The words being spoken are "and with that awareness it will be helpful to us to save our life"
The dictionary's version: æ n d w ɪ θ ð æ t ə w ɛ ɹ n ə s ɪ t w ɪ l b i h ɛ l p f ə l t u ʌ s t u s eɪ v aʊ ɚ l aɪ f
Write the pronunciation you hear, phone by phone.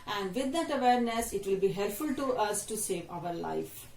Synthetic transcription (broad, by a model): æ n d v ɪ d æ t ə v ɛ ɹ n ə s ɪ t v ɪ l b i h ɛ l p f ə l t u ʌ s t u s eɪ v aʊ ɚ l aɪ f